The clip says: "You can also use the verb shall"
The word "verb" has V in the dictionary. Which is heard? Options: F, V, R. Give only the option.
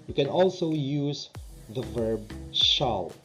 V